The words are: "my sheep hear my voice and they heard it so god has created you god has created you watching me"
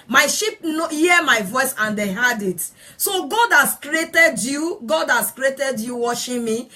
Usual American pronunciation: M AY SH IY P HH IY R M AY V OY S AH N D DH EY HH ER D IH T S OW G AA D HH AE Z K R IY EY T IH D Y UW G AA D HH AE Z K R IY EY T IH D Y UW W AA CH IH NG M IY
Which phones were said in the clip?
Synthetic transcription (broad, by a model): M AY SH IY P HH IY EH M AY V OY S AH N D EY HH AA D IH T S OW G AA D HH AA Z K R IY EY T IH D Y UW G AA D HH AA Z K R IY EY T IH D Y UW W AA SH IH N M IY